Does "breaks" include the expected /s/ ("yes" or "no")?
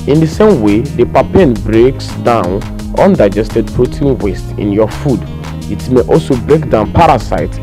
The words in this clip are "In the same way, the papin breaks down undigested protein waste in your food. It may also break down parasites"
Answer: yes